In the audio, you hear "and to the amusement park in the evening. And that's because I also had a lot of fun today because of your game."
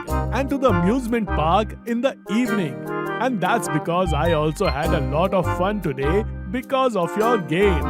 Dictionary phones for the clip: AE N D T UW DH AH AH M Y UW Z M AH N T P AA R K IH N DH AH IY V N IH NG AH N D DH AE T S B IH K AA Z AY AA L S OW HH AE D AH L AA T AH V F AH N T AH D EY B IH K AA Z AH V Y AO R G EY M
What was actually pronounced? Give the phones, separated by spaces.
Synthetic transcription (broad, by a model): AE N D T UW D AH AH M Y UW Z M AH N T P AA R K IH N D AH IY V N IH NG AH N D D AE T S B IH K AA Z AY AA L S OW HH AE D AH L AA T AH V F AH N T AH D EY B IH K AA Z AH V Y AO R G EY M